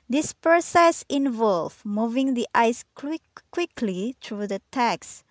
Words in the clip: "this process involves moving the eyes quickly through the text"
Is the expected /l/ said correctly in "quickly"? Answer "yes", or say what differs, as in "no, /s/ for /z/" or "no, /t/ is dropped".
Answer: yes